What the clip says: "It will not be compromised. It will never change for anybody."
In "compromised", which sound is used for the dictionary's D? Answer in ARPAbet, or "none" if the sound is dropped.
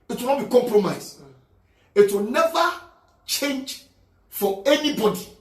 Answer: none